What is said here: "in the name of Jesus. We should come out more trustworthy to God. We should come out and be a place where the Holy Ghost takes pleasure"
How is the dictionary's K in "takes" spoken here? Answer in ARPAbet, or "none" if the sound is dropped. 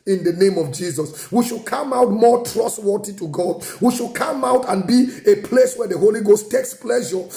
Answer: K